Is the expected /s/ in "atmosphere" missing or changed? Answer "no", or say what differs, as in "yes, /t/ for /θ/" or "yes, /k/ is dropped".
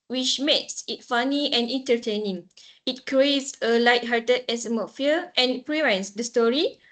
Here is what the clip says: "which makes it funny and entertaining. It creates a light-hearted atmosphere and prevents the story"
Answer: yes, /s/ is dropped